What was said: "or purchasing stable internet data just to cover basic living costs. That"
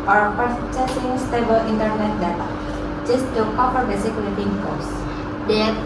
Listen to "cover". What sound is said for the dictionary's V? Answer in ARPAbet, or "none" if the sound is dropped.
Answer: P